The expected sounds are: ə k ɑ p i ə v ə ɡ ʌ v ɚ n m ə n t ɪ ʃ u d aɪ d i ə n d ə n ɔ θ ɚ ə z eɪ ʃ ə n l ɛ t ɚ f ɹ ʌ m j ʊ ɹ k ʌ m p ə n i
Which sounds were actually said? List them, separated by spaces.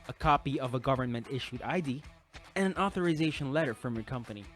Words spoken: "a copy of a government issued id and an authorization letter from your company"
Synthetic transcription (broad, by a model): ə k ɑ p i ə v ə ɡ ʌ v ɚ n m ə n t ɪ ʃ u d aɪ d i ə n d ə n ɔ θ ɚ ə z eɪ ʃ ə n l ɛ t ɚ f ɹ ʌ m j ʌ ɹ k ʌ m p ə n i